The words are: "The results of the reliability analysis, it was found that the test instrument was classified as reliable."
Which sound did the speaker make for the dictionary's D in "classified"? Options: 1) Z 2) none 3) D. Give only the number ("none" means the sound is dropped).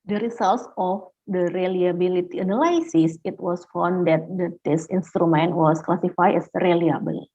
2